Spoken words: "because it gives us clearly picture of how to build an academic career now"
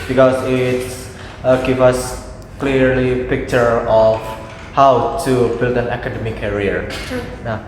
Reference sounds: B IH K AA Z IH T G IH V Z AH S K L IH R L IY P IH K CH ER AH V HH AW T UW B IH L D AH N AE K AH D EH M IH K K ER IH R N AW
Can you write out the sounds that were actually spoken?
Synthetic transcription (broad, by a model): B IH K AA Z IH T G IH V AH S K L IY R L IY P IH K CH ER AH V HH AW T UW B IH L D AH N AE K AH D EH M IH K K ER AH R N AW